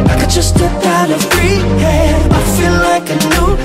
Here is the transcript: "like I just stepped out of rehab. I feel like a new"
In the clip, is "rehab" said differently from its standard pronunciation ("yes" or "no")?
yes